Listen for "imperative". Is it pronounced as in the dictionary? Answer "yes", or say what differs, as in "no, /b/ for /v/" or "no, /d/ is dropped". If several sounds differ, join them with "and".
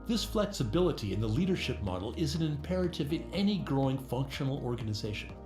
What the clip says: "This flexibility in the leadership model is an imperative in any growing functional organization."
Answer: yes